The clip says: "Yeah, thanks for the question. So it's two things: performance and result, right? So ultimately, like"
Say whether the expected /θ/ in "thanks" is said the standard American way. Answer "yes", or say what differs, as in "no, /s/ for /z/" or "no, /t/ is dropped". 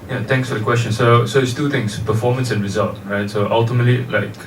no, /t/ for /θ/